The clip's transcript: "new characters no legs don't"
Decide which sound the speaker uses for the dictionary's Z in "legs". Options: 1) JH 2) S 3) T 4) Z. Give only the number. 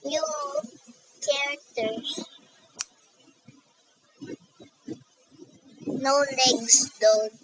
2